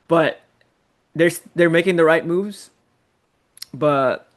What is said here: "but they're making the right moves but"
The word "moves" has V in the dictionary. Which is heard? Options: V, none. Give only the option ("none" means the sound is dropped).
V